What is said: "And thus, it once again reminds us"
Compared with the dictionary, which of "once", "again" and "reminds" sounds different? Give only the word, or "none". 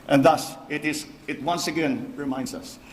reminds